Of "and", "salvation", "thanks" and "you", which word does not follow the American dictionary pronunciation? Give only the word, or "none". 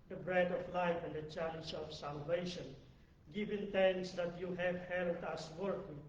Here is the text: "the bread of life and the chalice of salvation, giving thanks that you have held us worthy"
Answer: thanks